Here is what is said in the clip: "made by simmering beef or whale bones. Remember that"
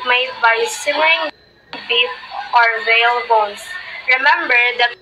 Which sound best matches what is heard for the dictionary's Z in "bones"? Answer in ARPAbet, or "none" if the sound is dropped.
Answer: S